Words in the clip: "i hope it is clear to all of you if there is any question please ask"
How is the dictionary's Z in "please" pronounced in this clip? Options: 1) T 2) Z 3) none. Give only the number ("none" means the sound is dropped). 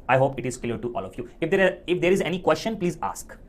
2